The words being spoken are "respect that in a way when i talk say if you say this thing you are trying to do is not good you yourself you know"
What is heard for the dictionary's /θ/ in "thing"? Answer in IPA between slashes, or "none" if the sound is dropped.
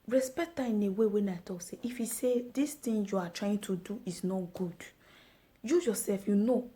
/t/